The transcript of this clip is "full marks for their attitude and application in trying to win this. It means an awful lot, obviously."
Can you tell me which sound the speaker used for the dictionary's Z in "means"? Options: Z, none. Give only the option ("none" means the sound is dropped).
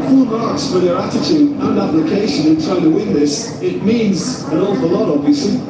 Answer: Z